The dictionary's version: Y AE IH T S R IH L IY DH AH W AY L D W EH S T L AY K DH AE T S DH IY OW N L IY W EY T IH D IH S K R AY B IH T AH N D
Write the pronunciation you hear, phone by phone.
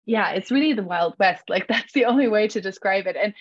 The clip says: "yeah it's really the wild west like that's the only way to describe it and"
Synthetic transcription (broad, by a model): Y AE IH T S R IH L IY DH AH W AY L D W EH S T L AY K DH AE T S DH IY OW N L IY W EY T IH D IH S K R AY B IH T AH N